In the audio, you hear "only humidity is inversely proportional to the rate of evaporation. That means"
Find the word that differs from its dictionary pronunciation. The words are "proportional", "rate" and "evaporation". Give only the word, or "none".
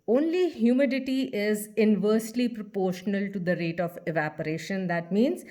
none